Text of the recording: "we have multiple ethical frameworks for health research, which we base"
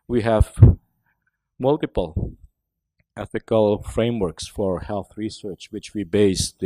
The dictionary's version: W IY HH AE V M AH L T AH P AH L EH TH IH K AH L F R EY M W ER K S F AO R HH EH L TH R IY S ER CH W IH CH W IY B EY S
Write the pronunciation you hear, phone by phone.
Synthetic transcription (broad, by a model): W IY HH AE V M AH L T AH P AH L EH TH IH K AH L F R EY M W ER K S F AO R HH EH L TH R IY S ER CH W IH CH W IY B EY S